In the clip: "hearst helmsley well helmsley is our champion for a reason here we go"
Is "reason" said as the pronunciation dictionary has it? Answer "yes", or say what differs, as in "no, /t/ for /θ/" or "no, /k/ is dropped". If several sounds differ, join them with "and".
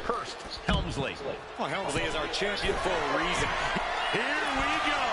yes